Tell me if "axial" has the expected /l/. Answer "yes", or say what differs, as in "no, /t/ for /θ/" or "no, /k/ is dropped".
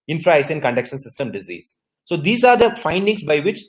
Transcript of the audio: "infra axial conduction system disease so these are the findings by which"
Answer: no, /n/ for /l/